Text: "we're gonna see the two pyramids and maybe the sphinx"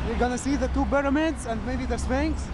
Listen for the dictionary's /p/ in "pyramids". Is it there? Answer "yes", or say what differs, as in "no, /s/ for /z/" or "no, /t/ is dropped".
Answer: no, /b/ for /p/